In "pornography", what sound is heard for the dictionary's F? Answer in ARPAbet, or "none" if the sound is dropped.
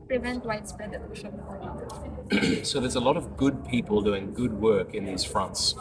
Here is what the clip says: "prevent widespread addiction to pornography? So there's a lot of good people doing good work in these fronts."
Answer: none